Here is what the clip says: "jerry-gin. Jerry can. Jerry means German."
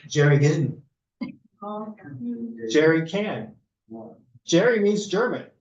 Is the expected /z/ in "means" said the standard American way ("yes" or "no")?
yes